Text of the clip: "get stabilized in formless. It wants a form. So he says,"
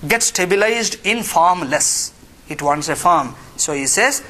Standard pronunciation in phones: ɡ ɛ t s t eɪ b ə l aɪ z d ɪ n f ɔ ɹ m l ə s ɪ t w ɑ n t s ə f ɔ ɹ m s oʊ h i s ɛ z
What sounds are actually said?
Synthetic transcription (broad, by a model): ɡ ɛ t s t eɪ b ə l aɪ z d ɪ n f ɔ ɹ m l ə s ɪ t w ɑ n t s ə f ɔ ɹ m s oʊ h i s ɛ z